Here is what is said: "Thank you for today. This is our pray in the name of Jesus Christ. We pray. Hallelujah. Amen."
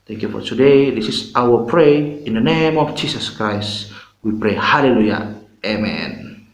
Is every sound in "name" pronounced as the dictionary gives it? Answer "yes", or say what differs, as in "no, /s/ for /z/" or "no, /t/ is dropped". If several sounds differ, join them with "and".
yes